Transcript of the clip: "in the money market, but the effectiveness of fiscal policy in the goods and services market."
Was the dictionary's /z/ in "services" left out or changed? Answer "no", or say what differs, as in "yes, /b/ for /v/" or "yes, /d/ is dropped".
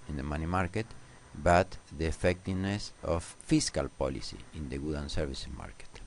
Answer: yes, /z/ is dropped